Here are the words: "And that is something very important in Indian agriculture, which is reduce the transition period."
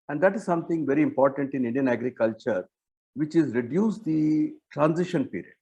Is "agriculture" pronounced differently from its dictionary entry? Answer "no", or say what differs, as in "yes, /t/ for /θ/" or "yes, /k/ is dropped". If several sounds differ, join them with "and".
no